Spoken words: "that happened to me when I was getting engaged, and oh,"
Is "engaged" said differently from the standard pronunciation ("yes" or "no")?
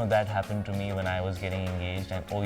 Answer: no